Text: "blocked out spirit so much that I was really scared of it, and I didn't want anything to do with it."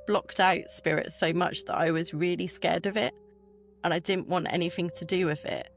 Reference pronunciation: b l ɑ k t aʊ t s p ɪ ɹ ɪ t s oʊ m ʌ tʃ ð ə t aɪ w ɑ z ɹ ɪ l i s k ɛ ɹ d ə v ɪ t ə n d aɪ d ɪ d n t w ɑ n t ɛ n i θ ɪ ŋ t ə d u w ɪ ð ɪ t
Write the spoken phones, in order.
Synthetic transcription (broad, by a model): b l ɑ k t aʊ t s p ɪ ɹ ɪ t s oʊ m ʌ tʃ ð ə t aɪ w ɑ z ɹ ɪ l i s k ɛ d ə v ɪ t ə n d aɪ d ɪ d n t w ɑ n t ɛ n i θ ɪ ŋ t ə d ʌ w ɪ ð ɪ t